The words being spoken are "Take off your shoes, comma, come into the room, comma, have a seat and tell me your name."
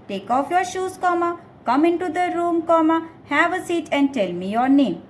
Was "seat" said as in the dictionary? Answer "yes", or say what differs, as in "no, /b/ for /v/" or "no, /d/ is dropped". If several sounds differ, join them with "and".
yes